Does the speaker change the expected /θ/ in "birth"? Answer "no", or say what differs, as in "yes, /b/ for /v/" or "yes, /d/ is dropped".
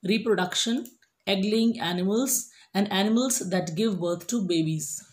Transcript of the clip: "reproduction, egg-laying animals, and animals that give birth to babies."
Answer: yes, /t/ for /θ/